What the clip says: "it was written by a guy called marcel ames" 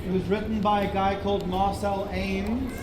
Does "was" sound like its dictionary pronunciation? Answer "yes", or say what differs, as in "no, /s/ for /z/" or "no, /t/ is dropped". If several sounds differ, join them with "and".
yes